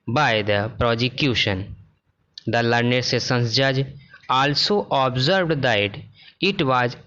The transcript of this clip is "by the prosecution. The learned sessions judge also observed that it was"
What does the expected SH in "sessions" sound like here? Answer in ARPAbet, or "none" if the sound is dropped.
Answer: S